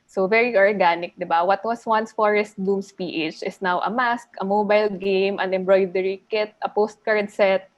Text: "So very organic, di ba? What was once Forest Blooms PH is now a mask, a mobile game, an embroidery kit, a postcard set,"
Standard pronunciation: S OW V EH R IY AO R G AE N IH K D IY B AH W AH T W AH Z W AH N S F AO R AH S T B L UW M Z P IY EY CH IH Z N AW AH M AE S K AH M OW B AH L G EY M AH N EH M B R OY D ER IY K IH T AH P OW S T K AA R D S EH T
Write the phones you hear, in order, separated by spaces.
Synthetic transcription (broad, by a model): S OW V EH R IY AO R G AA N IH K D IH B AH W AH T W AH S W AH N S F AO R AH S T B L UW M S P IY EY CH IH S N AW AH M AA S K AH M OW B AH L G EY M AH N EH M B R OY D ER IY K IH T AH P OW S T K AA R D S EH T